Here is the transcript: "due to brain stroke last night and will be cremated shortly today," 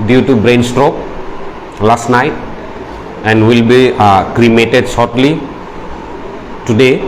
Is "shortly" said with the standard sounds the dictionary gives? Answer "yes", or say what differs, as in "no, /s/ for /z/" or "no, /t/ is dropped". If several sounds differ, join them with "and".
no, /s/ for /ʃ/